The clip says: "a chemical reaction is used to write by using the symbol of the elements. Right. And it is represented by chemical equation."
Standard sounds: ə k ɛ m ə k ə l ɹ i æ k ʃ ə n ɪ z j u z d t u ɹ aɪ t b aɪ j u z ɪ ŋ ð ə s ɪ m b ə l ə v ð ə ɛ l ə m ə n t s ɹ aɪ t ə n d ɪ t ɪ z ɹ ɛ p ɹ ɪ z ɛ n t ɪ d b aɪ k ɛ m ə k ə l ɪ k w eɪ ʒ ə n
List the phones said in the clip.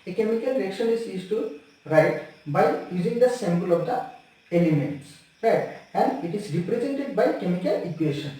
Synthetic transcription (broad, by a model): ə k ɛ m ə k ə l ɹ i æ k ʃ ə n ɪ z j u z t u ɹ aɪ t b aɪ j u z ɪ ŋ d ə s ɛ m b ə l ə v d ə ɛ l ə m ə n t s ɹ aɪ t ə n d ɪ t ɪ z ɹ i p ɹ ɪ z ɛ n t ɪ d b aɪ k ɛ m ə k ə l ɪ k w eɪ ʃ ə n